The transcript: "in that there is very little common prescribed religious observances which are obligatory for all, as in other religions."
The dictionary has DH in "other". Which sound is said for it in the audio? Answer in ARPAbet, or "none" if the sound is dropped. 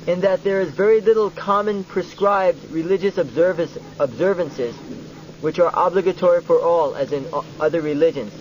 DH